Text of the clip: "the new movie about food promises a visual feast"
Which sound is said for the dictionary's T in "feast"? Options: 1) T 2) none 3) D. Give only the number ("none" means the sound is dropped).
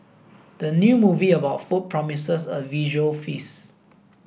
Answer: 2